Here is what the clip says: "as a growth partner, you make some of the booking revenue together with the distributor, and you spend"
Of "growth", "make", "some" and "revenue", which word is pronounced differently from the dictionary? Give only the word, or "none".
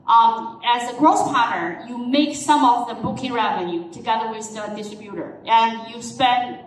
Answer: growth